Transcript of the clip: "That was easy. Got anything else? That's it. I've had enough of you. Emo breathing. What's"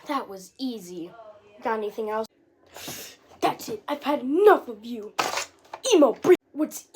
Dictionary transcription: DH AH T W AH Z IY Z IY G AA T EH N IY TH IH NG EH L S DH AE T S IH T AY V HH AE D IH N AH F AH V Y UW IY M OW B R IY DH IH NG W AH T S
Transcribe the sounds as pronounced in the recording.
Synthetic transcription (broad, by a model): DH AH T W AH Z IY Z IY G AA T EH N IY TH IH NG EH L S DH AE T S IH T AY V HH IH D IH N AH F AH V Y UW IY M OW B R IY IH W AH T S